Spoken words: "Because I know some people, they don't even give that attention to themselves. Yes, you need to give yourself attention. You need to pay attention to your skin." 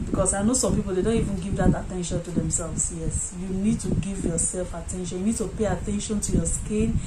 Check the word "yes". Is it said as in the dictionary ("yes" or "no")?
yes